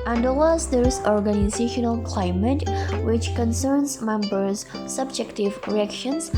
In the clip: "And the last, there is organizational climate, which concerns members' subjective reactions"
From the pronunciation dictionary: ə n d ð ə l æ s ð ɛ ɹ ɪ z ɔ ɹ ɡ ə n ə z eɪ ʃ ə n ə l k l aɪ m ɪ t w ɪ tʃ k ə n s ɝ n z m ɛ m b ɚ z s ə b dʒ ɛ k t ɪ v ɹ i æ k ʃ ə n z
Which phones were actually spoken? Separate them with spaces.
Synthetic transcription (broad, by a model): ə n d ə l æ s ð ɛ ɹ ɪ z ɔ ɹ ɡ ə n ə z eɪ ʃ ə n ə l k l aɪ m ɪ t w ɪ tʃ k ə n s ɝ n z m ɛ m b ɚ z s ə b dʒ ɛ k t ɪ v ɹ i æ k ʃ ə n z